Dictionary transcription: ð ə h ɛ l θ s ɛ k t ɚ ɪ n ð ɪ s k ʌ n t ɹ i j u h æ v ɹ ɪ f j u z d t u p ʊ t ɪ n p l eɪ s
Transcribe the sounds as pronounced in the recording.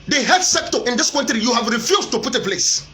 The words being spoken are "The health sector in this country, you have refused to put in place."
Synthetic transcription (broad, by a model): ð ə h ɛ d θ s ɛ k t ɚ ɪ n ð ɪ s k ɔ n t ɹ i j u h æ v ɹ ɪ f j u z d t u p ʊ t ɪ p l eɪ s